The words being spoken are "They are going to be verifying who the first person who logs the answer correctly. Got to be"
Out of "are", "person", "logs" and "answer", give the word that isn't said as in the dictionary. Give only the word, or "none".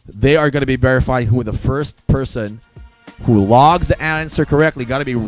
none